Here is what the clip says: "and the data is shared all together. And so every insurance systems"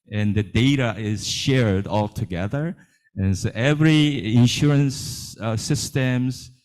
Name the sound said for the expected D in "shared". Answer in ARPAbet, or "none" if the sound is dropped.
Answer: D